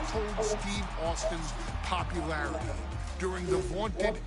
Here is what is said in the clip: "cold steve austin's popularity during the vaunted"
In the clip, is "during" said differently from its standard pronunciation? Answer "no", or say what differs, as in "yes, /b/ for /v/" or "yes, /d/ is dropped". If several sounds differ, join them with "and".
no